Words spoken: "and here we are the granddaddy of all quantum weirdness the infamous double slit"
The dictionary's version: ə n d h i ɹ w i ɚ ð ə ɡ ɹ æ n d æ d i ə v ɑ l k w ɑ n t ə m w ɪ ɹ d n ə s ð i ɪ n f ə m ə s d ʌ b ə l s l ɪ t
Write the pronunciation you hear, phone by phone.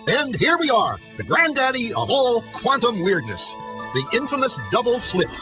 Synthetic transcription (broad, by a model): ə n h i ɹ w i ɚ ð ə ɡ ɹ æ n d æ d i ə v ɑ l k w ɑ n t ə m w ɪ ɹ d n ə s ð i ɪ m f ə m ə s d ʌ b l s l ɪ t